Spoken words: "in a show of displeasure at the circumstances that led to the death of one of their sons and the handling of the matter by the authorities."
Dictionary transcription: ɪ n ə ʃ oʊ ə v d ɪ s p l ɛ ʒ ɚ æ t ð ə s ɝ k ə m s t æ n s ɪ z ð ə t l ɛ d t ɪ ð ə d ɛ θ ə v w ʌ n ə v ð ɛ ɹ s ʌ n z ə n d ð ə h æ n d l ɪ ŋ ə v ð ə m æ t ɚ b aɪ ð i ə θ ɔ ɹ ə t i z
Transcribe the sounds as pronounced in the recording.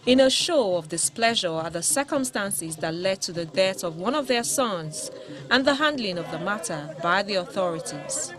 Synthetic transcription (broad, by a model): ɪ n ə ʃ oʊ ə v d ɪ s p l ɛ ʒ ɚ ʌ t ð ə s ɝ k ə m s t æ n s ɪ z ð ə t l ɛ d t ɪ ð ə d ɛ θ ə v w ʌ n ə v ð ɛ ɹ s ʌ n z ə n ð ə h æ n d l ɪ ŋ ə v ð ə m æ t ɚ b aɪ ð i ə θ ɔ ɹ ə t i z